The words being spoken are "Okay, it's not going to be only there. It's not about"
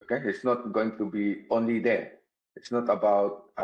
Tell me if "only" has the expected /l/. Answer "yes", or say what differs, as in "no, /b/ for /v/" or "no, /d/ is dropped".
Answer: yes